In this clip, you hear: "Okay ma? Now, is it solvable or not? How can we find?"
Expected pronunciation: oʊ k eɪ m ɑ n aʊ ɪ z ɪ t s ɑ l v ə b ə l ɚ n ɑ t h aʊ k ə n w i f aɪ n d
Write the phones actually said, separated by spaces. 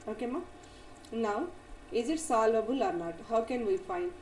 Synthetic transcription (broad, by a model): oʊ k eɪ m ɑ n aʊ ɪ z ɪ t s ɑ l ə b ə l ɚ n ɑ t h aʊ k ə n w i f aɪ n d